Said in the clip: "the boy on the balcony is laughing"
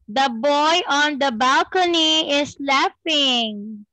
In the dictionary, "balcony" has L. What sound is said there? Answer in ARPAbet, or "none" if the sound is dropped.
L